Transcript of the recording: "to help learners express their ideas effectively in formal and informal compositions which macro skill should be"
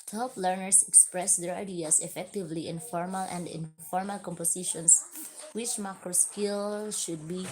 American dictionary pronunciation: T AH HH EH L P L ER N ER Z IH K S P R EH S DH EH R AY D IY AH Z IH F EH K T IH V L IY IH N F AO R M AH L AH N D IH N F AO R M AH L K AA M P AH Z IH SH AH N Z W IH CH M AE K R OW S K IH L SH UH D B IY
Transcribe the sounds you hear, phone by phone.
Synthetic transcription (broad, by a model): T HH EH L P L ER N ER S IH K S P R EH S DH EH R AY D IY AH S IH F EH K T IH V L IY IH N F AO R M AH L AH N D IH N F AO R M AH L K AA M P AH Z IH SH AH N S W IH CH M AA K R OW S K IH L SH UH D B IY